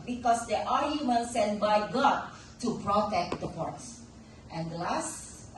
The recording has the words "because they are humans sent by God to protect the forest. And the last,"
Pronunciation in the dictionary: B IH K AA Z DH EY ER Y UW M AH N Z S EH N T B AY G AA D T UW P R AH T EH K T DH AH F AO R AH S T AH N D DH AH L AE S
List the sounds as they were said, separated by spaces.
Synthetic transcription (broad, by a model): B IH K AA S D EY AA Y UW M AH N S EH N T B AY G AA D T UW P R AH T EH K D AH P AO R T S T AH N D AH L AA S